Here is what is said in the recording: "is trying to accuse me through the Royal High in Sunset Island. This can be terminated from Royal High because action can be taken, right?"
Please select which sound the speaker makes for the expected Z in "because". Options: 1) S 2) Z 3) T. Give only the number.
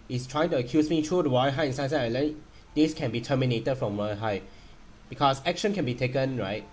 1